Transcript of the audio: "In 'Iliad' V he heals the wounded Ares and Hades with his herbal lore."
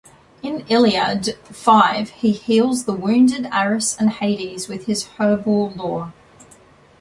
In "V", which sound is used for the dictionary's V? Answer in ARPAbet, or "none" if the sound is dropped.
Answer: F